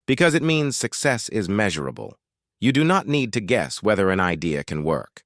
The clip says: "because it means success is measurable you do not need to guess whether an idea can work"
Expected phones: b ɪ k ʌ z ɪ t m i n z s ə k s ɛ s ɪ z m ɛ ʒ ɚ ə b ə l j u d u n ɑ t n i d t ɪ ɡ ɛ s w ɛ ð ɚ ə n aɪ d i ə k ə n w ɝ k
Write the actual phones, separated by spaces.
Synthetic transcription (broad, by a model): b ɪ k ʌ z ɪ t m i n z s ə k s ɛ s ɪ z m ɛ ʒ ɚ ə b ə l j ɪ d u n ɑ t n i d t ɪ ɡ ɛ s w ɛ ð ɚ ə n aɪ d i ə k ə n w ɝ k